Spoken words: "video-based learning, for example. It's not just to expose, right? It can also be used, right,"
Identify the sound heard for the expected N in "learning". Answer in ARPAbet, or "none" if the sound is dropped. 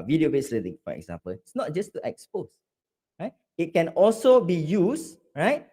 L